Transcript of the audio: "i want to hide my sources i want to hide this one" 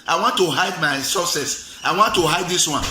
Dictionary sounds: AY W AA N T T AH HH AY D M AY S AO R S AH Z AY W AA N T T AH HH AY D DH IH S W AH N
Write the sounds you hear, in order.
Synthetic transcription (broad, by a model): AY W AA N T T AH HH AY D M AY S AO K S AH S AY W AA N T T AH HH AY D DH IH S W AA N